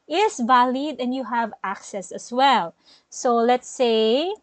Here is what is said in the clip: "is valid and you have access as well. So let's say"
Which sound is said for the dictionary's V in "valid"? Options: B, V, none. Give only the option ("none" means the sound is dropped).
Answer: V